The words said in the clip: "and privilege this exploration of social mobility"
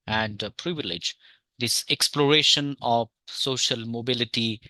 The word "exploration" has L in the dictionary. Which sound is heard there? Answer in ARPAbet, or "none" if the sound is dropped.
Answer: L